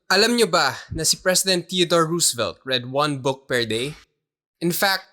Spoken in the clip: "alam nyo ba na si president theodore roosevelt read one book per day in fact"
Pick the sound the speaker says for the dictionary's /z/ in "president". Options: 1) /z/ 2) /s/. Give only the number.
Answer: 2